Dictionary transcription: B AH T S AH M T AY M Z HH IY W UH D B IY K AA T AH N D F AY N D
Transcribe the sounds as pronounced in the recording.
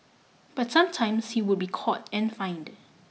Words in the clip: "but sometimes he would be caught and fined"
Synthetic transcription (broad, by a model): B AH T S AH M T AY M S HH IY W UH D B IY K AA T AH N F AY N D